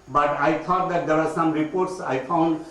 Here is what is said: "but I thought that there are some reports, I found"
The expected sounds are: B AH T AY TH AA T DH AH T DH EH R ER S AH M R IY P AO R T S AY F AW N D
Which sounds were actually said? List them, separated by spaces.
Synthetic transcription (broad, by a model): B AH T AY T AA T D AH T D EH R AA S AH M R IY P AO R T S AY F AW N D